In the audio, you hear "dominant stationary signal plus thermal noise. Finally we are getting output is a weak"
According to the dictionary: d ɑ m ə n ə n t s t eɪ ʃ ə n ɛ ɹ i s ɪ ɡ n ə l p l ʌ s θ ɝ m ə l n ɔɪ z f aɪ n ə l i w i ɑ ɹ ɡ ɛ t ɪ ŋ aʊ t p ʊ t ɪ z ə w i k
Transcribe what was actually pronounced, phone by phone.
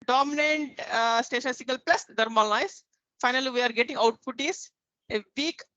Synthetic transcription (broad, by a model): d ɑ m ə n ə n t s t eɪ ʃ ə n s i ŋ ɡ ə l p l ʌ s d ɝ m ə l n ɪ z f aɪ n ə l i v i ɑ ɹ ɡ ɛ t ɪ ŋ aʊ t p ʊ t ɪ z ə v i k